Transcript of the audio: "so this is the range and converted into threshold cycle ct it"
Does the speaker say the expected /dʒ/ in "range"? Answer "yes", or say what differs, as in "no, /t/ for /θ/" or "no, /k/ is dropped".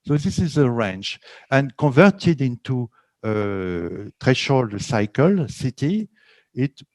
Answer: no, /tʃ/ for /dʒ/